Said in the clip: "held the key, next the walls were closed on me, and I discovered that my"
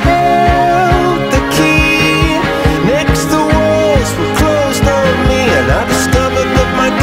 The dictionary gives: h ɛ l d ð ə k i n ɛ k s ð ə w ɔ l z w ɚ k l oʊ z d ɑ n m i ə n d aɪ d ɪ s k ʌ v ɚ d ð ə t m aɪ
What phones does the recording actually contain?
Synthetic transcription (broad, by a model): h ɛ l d ð ə k i n ɛ k s ð ə w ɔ z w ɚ k l oʊ z d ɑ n m i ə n aɪ d ɪ s k ʌ v ɚ d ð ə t m aɪ